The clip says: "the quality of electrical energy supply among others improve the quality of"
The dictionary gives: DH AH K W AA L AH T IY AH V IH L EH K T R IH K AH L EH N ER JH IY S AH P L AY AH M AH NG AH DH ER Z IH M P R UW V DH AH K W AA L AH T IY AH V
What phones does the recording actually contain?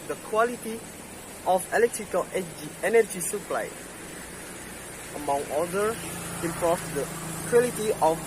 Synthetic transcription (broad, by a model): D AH K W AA L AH T IY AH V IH L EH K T R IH K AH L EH N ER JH IY S AH P L AY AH M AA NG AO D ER IH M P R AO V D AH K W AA L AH T IY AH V